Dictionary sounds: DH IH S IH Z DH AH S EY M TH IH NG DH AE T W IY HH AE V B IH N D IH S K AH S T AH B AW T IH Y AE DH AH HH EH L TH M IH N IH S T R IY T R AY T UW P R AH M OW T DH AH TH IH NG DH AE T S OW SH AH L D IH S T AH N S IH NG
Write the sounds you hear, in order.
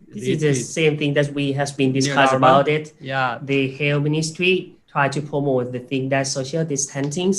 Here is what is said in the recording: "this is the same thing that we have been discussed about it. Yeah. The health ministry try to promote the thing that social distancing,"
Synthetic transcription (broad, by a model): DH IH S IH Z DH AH S EY M TH IH NG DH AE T W IY HH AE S B IH N D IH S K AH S AH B AW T IH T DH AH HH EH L M IH N IH S T R IY T R AY T UW P R AH M OW T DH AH TH IH NG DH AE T S OW SH AH L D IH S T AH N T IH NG